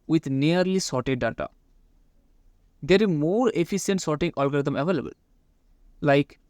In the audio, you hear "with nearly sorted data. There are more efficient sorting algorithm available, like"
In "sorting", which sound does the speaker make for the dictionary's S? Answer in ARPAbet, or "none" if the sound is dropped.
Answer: S